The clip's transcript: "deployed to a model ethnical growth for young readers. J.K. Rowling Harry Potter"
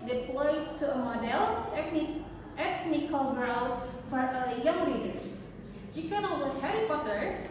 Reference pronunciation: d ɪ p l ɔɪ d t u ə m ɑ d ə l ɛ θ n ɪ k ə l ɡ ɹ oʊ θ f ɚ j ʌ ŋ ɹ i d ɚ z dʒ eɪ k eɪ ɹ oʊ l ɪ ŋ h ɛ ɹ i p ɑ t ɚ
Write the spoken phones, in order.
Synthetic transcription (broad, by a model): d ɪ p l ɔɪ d t u ə m ɑ d ə l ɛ t n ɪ k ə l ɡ ɹ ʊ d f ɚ j ʌ ŋ l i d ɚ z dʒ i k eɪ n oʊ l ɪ h ɛ ɹ i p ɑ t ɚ